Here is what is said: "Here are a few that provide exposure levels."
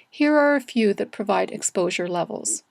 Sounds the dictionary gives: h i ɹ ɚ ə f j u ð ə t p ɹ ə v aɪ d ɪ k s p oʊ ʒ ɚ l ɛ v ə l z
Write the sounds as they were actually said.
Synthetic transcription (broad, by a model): h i ɹ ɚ ə f j u ð ə t p ɹ ə v aɪ d ɪ k s p oʊ ʒ ɚ l ɛ v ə l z